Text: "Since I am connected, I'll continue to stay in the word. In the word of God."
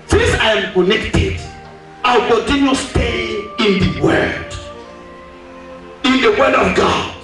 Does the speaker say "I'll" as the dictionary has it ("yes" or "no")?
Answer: no